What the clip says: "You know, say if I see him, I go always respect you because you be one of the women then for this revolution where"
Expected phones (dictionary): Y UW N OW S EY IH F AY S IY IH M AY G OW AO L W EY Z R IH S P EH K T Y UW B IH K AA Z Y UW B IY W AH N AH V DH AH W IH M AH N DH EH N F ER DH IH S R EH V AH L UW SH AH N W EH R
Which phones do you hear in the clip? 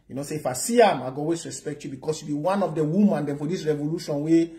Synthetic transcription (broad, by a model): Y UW N OW S EY IH F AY S IY IH M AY G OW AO W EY S R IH S P EH K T Y UW B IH K AA S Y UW B IY W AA N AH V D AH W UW M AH N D EH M F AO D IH S R EH V AH L UW SH AH N W EH